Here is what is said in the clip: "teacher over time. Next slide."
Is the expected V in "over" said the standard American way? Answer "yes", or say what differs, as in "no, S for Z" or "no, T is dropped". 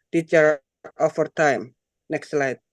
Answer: no, F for V